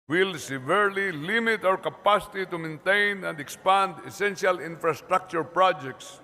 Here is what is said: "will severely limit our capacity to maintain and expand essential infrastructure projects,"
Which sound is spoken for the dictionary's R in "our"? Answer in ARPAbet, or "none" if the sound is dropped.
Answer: W